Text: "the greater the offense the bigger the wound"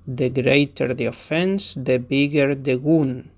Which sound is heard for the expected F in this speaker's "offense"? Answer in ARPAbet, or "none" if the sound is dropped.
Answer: F